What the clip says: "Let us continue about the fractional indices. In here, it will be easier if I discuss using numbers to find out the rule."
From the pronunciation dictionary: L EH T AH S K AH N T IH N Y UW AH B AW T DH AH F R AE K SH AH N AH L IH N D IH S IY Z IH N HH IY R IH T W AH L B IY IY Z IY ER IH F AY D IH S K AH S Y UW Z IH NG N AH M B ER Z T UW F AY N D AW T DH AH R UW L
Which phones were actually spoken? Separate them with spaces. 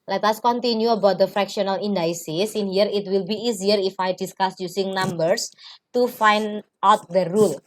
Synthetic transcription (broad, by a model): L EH T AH S K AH N T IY N Y UW AH B AW T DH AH F R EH K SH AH N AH L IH N D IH S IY S IH N HH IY R IH T W AH L B IY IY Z IY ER IH F AY D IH S K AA S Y UW S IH NG N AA M B ER S T UW F AY N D AW T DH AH R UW L